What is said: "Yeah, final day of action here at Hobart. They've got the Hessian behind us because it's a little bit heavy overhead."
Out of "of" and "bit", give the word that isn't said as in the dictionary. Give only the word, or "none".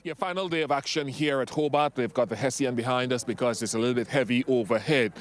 none